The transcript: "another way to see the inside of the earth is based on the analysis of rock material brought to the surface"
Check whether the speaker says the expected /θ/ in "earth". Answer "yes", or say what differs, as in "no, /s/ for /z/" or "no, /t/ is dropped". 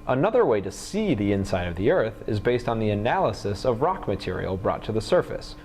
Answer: yes